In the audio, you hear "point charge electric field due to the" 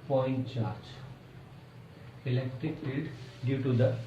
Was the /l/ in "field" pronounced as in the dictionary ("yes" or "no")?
no